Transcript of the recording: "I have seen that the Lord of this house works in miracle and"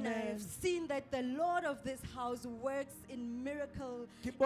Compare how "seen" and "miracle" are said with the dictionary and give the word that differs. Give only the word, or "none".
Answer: none